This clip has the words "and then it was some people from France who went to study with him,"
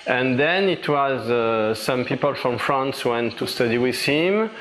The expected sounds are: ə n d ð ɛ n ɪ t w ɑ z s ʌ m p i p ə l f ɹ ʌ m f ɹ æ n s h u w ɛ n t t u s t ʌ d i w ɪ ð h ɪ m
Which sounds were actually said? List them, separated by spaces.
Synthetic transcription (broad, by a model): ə n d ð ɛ n ɪ t w ɑ z s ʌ m p i p ə l f ɹ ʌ m f ɹ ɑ n s w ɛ n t t u s t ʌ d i w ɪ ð h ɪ m